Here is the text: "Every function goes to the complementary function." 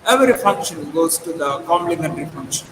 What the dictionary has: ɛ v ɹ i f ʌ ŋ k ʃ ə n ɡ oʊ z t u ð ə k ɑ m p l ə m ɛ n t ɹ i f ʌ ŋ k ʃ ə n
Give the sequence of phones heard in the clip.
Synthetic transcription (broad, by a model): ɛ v ɹ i f ʌ ŋ k ʃ ə n ɡ oʊ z t u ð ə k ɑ m l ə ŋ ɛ n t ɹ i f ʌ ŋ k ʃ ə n